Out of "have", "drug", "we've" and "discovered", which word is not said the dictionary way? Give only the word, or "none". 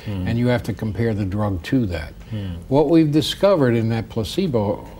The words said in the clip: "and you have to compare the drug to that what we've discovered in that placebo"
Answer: have